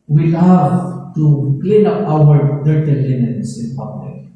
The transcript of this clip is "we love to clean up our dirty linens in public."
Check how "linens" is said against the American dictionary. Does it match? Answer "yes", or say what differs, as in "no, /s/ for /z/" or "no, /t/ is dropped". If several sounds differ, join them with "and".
no, /s/ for /z/